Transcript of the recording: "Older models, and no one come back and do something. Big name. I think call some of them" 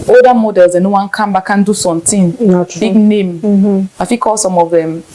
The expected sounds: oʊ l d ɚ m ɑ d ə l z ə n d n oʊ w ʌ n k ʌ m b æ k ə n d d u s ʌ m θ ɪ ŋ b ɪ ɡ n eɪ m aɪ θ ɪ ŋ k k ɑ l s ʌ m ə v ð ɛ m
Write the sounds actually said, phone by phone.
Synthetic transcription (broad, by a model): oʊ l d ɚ m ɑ d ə l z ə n n oʊ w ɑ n k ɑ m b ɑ k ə n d d u s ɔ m t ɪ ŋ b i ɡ n eɪ m aɪ f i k k ɑ l s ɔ m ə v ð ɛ m